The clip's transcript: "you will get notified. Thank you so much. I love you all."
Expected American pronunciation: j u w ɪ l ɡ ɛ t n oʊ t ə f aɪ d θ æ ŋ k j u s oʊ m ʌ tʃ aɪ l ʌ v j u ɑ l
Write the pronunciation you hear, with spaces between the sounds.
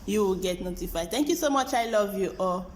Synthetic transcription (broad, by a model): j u w ɪ l ɡ ɛ t n oʊ t ə f aɪ d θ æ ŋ k j u s oʊ m ʌ tʃ aɪ l ʌ v j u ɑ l